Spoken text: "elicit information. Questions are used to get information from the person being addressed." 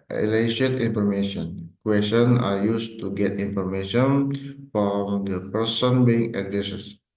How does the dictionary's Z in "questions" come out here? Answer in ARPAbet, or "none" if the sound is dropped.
none